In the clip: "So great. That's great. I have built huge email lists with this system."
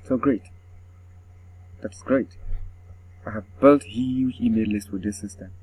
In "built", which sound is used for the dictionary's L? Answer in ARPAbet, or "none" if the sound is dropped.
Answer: L